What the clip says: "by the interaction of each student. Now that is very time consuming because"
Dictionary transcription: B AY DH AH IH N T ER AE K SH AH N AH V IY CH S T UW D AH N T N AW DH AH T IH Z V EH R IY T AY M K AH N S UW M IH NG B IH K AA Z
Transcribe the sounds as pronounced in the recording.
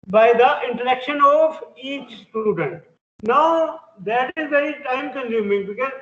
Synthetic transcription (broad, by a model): B AY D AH IH N T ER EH K SH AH N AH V IY CH S T UW D AH N T N AW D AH T IH Z V EH R IY T AY M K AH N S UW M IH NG B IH K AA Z